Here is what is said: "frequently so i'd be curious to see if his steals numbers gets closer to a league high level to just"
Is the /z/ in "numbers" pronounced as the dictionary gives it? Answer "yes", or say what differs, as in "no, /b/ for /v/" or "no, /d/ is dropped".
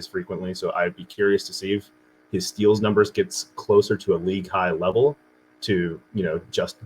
yes